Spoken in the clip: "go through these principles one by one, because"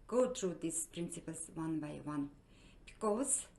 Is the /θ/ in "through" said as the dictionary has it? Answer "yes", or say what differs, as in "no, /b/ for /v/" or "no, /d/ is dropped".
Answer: no, /t/ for /θ/